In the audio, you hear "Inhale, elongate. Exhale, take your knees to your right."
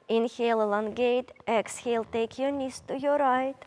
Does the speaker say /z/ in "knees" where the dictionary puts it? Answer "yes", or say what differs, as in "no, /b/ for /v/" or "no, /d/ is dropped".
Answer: no, /s/ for /z/